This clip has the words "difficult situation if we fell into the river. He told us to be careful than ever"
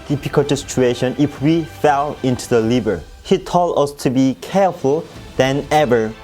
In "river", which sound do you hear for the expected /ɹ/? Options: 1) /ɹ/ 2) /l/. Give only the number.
2